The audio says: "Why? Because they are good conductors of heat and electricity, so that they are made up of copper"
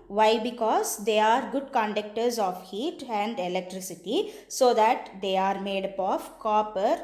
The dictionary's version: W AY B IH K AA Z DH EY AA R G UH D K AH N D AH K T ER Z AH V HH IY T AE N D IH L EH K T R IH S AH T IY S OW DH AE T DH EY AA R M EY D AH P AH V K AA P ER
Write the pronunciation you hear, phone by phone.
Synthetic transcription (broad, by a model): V AY B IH K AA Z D EY AA R G UH D K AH N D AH K T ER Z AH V HH IY T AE N D IH L EH K T R IH S AH T IY S OW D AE T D EY AA R M EY D AH P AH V K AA P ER